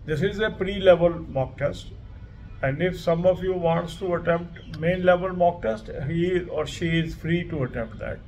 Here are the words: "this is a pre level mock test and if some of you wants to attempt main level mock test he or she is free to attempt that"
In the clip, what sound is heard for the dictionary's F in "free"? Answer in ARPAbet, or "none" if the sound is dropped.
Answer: F